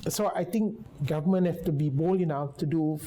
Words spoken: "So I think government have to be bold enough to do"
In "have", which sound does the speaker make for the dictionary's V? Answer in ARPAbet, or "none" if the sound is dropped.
F